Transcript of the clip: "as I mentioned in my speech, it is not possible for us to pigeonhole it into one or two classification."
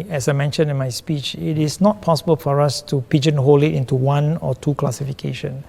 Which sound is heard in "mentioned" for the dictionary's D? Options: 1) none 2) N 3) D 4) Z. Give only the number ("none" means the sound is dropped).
1